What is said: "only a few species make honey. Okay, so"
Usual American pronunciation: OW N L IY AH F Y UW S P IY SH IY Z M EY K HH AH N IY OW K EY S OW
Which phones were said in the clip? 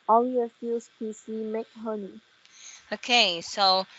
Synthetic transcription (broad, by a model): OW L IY AH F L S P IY S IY M EY K HH AH N IY OW K EY S OW